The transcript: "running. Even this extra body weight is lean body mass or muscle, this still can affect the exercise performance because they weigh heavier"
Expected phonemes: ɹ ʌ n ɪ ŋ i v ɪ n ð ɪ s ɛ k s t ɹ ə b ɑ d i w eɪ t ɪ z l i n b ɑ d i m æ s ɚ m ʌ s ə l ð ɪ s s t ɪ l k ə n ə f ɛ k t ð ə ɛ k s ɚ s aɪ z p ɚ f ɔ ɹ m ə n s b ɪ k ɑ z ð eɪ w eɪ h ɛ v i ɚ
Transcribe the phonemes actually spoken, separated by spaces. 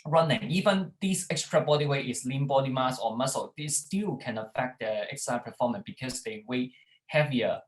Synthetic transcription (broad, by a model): ɹ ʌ n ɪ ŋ i v ɪ n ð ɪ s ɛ k s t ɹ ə b ɑ d i w eɪ t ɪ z l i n b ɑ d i m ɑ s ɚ m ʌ s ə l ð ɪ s s t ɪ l k ə n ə f ɛ k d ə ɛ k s s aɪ p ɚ f ɔ m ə n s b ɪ k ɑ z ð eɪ w eɪ h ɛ v i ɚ